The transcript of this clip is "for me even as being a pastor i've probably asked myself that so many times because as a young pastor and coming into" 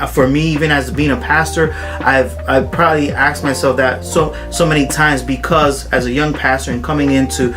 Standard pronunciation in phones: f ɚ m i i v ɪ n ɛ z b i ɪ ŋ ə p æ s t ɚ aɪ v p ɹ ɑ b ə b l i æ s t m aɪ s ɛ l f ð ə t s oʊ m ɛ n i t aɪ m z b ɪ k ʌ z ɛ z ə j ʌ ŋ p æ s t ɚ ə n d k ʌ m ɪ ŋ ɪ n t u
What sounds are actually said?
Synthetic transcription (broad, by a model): f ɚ m i i v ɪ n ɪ z b i ɪ ŋ ə p æ s t ɚ aɪ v p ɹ ɑ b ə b l i æ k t m aɪ s ɛ l f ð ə t s oʊ m ɛ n i t aɪ m z b ɪ k ʌ z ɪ z ə j ʌ ŋ p æ s t ɚ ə n k ʌ m ɪ ŋ ɪ n t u